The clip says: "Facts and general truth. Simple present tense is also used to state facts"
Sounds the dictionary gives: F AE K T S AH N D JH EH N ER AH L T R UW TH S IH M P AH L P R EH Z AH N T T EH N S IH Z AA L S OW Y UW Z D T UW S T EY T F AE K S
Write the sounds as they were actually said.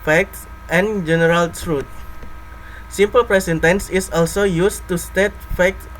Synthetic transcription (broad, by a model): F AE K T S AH N JH EH N ER AH L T R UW T S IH M P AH L P R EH S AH N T T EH N S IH S AA L S OW Y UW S T UW S T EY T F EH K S